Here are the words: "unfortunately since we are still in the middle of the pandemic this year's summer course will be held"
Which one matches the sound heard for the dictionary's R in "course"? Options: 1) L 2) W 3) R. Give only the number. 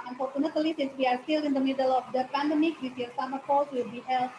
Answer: 1